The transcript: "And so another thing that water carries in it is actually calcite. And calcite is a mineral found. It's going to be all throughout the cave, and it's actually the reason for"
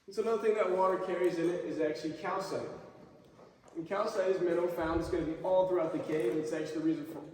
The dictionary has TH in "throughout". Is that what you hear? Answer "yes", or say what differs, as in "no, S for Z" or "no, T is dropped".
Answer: yes